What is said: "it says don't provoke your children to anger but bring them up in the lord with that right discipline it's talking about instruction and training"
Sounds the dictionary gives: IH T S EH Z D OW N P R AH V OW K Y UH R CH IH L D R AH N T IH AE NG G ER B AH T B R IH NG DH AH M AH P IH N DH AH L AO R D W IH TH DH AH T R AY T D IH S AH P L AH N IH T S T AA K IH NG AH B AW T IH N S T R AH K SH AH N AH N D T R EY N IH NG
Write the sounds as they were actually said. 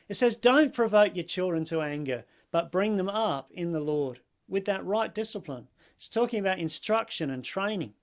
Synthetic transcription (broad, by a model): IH T S EH Z D OW N P R AH V OW K Y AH R CH IH L D R AH N T IH AE NG G ER B AH T B R IH NG DH AH M AH P IH N DH AH L AO R D W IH DH AH T R AY T D IH S AH P L AH N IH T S T AA K IH NG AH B AW T IH N S T R AH K SH AH N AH N T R EY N IH NG